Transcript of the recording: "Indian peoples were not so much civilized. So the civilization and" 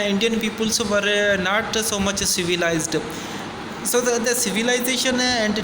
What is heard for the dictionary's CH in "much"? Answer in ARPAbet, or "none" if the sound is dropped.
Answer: CH